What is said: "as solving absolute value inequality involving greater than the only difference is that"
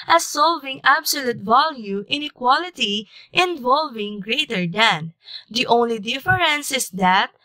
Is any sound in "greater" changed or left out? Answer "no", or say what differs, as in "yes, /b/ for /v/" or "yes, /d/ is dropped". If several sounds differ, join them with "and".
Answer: no